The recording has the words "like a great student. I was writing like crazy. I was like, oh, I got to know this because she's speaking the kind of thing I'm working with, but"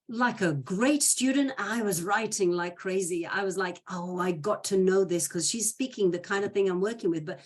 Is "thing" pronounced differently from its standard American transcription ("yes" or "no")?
no